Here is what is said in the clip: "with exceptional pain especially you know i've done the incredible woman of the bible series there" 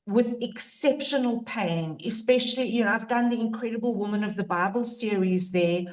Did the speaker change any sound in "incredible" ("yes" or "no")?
no